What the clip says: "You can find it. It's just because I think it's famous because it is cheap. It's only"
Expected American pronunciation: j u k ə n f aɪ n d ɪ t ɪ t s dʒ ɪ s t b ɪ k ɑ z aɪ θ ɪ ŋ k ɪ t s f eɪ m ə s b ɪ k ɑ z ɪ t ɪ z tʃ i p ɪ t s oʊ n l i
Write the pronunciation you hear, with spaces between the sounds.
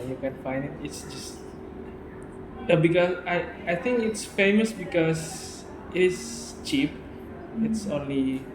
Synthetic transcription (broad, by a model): j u k ə n f aɪ n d ɪ t ɪ t s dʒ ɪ s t b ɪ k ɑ s aɪ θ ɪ ŋ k ɪ t s f eɪ m ə s b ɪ k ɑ s ɪ t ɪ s tʃ i p ɪ t s oʊ n l i